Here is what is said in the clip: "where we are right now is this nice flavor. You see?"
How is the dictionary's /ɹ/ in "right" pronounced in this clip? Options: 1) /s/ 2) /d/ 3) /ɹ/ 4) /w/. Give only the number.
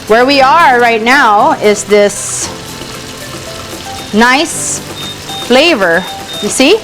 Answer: 3